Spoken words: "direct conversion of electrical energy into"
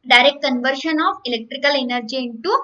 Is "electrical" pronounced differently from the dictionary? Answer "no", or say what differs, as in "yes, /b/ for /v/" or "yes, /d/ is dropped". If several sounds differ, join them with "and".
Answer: no